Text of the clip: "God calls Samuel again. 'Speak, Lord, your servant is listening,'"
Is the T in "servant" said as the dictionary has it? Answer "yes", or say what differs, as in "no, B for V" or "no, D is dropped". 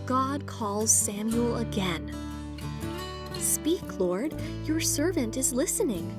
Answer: yes